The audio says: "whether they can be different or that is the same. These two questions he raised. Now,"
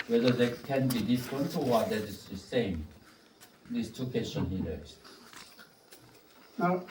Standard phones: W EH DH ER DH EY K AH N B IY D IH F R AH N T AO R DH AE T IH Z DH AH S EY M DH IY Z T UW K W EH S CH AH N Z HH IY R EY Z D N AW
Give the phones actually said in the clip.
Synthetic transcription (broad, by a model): W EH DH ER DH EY K AH N B IY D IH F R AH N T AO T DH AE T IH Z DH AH S EY M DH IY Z T UW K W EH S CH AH N HH IY L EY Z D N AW